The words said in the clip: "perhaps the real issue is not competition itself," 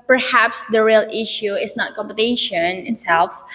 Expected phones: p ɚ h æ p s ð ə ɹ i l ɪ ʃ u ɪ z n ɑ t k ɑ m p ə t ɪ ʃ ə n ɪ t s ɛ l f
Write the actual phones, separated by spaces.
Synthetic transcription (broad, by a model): p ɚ h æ p s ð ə ɹ i l ɪ ʃ u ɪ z n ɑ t k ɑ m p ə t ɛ ʃ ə n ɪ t s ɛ l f